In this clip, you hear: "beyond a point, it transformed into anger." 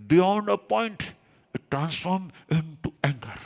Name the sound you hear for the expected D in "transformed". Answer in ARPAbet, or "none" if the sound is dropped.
none